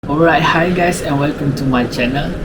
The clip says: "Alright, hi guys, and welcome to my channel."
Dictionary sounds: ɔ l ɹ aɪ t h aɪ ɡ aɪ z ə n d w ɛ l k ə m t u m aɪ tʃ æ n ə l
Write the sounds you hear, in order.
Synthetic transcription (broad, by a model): ɔ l ɹ aɪ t h aɪ ɡ aɪ s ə n w ɛ l k ə m t u m aɪ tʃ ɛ n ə l